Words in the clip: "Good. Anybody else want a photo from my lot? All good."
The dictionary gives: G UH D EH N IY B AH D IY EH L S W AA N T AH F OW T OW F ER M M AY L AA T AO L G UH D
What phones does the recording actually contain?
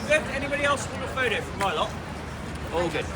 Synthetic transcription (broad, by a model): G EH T EH N IY B AH D IY EH L S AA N AH F OW T OW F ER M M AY L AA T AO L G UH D